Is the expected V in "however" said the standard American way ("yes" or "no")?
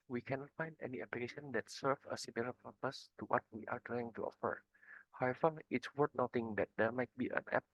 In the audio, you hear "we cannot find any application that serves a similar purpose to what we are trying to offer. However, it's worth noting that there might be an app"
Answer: no